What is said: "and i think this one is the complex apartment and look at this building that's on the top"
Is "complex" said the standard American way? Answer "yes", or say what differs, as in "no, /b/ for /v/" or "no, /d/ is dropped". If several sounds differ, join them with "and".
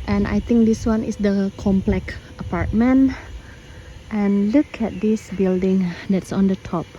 no, /s/ is dropped